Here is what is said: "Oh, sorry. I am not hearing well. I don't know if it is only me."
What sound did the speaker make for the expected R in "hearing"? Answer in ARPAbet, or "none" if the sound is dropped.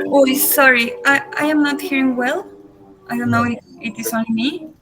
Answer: R